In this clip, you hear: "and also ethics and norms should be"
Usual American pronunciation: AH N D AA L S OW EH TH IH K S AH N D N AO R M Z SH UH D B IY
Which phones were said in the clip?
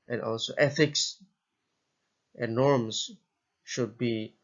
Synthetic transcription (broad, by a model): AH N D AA L S OW EH TH IH K S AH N N AO R M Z SH UH D B IY